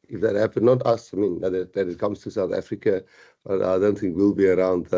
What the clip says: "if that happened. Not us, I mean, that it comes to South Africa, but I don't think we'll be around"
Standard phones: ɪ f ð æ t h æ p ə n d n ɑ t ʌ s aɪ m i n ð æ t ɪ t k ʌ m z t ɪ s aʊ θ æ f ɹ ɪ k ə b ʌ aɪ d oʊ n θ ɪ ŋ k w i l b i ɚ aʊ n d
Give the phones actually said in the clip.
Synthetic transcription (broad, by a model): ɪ f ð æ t h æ p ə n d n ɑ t ʌ s aɪ m i n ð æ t ɪ t k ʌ m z t ɪ s aʊ θ æ f ɹ ɪ k ə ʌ aɪ d oʊ n θ ɪ ŋ k w i l b i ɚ aʊ n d